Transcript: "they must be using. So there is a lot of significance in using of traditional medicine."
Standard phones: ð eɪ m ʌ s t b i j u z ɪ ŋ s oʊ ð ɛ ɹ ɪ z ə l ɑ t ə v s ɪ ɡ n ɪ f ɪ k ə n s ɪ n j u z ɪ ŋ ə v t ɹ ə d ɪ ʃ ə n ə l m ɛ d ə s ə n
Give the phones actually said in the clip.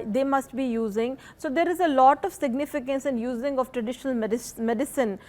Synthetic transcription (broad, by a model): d eɪ m ʌ s t b i j u z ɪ ŋ s oʊ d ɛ ɹ ɪ z ə l ɑ t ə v s ɪ ɡ n ɪ f ɪ k ə n s ɪ n j u z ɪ ŋ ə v t ɹ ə d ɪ ʃ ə n ə l m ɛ d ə s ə n